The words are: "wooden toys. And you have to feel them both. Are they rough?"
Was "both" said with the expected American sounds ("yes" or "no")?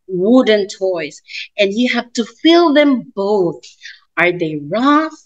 yes